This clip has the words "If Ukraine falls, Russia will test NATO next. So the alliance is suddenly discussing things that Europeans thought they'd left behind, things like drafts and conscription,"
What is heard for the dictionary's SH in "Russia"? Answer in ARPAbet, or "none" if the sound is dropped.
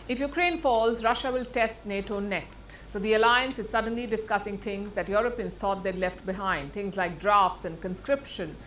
SH